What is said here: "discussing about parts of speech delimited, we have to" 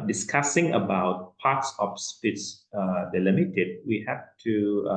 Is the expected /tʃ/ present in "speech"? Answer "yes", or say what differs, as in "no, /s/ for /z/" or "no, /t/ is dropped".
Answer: no, /s/ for /tʃ/